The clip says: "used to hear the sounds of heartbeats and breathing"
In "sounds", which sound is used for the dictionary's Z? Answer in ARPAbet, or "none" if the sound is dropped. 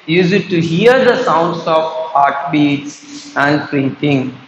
S